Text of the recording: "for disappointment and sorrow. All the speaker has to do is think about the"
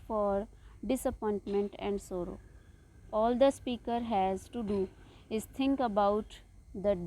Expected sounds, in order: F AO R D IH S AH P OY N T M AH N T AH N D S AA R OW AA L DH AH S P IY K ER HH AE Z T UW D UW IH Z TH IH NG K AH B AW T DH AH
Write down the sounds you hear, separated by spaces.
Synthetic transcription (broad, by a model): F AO R D IH S AH P OY N T M AH N T AH N D S AA R OW AA L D AH S P IY K ER HH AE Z T UW D UW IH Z T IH NG K AH B AW T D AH